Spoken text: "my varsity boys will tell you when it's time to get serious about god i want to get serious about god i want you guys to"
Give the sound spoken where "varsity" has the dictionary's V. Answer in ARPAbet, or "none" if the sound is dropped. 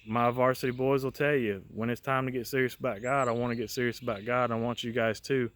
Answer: V